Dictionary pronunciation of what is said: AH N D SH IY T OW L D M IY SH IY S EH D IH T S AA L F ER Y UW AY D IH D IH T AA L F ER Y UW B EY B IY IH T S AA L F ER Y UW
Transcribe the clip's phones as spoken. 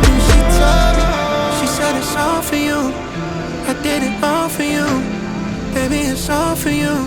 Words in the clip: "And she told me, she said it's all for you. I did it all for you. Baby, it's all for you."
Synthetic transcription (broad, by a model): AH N SH IY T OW D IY SH IY S EH D IH T S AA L F ER Y UW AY D IH D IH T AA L F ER Y UW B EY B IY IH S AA F ER Y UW